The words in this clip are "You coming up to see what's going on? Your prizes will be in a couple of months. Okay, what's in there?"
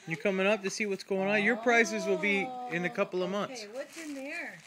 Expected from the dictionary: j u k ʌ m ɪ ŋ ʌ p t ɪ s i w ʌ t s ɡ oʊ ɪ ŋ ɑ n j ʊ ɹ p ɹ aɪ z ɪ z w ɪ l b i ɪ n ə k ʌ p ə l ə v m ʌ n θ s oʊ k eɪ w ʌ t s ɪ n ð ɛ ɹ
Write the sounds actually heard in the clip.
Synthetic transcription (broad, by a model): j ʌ k ʌ m ɪ ŋ ʌ p t ɪ s i w ʌ t s ɡ oʊ ɪ ŋ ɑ n j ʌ ɹ p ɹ aɪ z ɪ z w ɪ l b i ɪ n ə k ʌ p l ə v m ʌ n θ s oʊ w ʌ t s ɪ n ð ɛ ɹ